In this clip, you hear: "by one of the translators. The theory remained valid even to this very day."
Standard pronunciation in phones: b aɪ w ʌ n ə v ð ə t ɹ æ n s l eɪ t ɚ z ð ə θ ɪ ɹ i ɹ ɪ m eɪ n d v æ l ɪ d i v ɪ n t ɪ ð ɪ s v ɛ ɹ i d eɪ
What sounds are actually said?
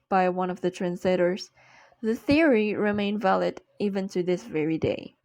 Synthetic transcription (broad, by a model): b aɪ w ʌ n ə v ð ə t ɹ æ n s l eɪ t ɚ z ð ə θ ɪ ɹ i ɹ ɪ m eɪ n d v æ l ɪ d i v ɪ n t ɪ ð ɪ s v ɛ ɹ i d eɪ